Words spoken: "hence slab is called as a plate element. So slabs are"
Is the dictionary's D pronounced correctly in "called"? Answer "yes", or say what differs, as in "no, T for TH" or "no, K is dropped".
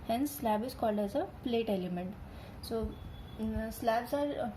yes